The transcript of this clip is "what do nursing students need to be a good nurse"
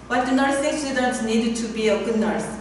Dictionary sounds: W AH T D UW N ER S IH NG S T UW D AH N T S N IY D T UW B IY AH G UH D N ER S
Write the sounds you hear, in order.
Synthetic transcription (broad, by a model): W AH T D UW N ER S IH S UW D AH T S N IY D T UW B IY AH G UH D N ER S